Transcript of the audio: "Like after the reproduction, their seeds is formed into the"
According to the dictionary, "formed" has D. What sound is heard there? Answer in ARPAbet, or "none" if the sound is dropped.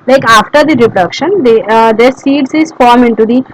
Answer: none